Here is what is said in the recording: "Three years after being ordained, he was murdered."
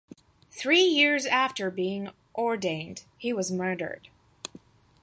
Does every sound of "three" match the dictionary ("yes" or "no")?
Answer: yes